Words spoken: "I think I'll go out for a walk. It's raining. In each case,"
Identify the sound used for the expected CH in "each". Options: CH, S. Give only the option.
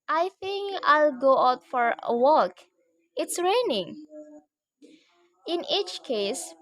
CH